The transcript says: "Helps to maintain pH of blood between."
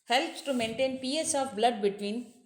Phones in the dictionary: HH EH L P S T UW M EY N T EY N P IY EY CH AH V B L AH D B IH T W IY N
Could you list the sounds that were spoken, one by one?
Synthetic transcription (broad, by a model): HH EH L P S T UW M EY N T EY N P IY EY S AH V B L AH D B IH T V IY N